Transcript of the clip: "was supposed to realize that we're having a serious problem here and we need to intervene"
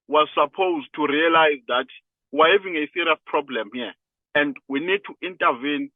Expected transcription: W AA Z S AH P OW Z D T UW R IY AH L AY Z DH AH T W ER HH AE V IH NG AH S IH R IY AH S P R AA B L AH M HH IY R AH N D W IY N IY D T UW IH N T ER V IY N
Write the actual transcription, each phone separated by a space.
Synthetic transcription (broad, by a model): W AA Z S AH P OW Z D T UW R IY AH L AY Z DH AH T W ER HH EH V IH NG AH S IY R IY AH S P R AA B L AH M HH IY AH N D W IY N IY D T UW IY N T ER V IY N